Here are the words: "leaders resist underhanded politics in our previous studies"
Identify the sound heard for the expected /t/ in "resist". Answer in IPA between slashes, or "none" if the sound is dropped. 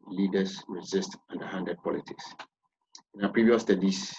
/t/